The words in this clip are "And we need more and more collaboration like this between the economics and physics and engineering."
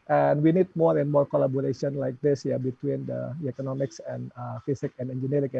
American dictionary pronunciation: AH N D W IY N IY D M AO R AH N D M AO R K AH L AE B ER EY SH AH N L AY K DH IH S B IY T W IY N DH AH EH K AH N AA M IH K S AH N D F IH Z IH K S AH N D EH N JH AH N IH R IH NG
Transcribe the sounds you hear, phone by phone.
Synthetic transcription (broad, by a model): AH N W IY N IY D M AO R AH N M AO R K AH L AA B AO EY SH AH N L AY K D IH S B IY T W IY N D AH EH K AH N AA M IH K S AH N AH F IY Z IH K AH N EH N JH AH N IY R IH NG